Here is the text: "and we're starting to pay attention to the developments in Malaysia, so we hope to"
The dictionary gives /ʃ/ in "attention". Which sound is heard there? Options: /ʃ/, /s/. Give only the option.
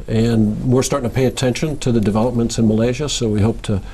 /ʃ/